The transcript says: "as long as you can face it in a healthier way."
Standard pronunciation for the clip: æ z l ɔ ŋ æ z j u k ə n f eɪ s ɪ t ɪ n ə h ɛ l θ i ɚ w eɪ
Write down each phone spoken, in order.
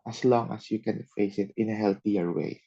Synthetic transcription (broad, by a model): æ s l ɔ ŋ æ s j u k ə n f eɪ s ɪ t ɪ n ə h ɛ l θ i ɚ w eɪ